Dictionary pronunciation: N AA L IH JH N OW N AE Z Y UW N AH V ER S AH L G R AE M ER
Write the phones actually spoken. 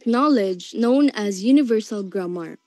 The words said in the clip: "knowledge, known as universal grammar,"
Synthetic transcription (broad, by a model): N AA L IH JH N OW N AE Z Y UW N AH V ER S AH L G R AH M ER